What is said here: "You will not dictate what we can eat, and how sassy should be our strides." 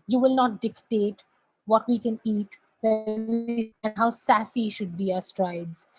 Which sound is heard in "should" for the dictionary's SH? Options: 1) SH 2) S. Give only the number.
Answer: 1